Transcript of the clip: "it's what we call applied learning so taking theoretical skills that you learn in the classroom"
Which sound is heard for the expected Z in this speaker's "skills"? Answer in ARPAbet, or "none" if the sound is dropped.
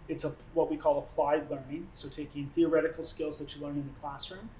Z